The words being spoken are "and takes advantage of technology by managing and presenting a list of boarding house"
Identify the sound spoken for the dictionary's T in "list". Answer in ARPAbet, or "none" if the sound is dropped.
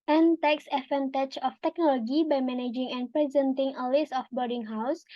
none